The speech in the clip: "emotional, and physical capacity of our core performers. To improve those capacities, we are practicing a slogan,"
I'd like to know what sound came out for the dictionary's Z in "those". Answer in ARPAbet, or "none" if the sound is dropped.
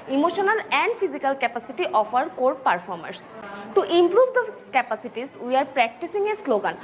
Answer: none